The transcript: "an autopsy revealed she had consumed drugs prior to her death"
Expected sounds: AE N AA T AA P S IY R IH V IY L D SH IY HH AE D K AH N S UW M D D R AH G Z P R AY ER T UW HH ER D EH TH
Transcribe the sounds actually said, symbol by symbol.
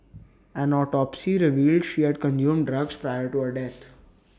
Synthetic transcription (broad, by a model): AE N AA T AA P S IY R IH V IY L D SH IY HH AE D K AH N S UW M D D R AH G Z P R AY ER T UW HH ER D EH T